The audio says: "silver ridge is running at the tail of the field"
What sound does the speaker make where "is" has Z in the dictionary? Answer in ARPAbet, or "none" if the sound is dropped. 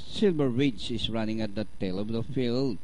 S